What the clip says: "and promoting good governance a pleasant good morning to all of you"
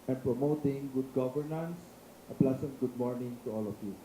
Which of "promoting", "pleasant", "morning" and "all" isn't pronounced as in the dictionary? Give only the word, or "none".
pleasant